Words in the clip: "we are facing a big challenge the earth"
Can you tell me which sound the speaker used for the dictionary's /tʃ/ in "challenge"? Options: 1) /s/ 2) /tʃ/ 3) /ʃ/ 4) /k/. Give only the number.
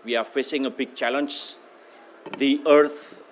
2